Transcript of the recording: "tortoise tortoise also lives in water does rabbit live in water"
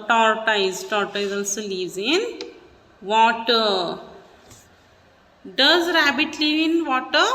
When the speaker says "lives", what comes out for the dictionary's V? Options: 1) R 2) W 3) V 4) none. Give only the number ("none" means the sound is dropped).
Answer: 4